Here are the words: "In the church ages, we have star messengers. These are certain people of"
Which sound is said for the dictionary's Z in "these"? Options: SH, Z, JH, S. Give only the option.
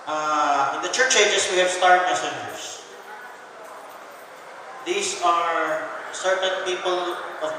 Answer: S